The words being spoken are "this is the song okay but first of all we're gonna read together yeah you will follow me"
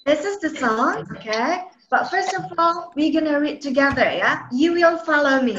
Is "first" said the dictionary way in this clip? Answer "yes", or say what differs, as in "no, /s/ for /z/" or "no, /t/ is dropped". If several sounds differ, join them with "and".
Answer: yes